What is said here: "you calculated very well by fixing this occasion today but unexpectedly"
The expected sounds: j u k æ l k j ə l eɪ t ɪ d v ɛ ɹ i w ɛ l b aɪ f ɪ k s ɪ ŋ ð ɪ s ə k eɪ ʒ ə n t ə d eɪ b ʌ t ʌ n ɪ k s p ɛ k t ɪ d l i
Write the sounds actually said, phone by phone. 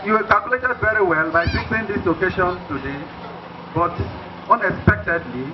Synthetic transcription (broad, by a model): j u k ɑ l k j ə l eɪ t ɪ d v ɛ ɹ i w ɛ l b aɪ p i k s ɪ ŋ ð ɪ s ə k eɪ ʃ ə n t ə d eɪ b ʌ t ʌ n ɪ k s p ɛ k t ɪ d l i